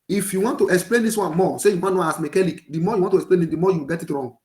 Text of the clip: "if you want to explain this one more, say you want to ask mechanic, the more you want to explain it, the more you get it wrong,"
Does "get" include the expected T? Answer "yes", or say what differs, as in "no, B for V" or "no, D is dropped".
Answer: yes